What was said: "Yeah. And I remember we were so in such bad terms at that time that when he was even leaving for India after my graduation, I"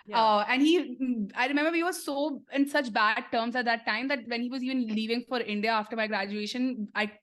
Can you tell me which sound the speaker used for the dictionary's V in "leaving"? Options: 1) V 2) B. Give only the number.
1